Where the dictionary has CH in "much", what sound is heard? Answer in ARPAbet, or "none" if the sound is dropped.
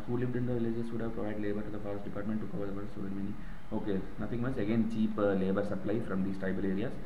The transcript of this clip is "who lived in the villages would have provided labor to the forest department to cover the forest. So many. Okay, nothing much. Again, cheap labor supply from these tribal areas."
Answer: S